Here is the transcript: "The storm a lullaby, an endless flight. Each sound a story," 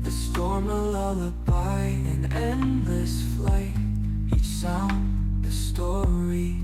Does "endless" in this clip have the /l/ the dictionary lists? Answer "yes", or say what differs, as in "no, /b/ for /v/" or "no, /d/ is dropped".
yes